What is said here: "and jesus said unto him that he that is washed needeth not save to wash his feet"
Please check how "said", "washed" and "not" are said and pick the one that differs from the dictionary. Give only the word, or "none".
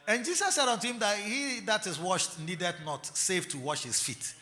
none